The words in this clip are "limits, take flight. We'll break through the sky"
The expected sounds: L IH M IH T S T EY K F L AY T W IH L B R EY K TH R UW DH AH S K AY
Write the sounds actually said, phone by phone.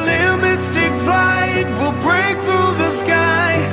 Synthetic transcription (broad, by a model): L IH M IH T S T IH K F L AY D W IH L B R EY K TH R UW DH AH S K AY